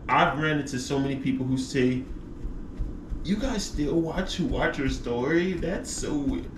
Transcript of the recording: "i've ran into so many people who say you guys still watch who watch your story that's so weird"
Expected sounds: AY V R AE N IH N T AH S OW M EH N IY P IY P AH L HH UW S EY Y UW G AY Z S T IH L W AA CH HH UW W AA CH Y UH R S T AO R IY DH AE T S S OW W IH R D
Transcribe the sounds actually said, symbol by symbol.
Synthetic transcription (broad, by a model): AY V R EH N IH T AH S OW M EH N IY P IY P L HH UW S EY Y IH G AY Z S T IH L W AA CH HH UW W AA CH Y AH R S T AO R IY DH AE T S S OW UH